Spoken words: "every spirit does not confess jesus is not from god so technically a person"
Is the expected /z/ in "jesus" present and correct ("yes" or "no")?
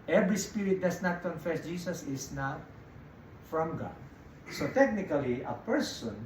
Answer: no